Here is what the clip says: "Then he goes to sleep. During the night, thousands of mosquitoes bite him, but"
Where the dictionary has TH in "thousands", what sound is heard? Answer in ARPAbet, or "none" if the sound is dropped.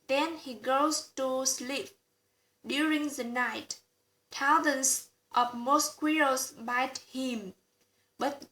T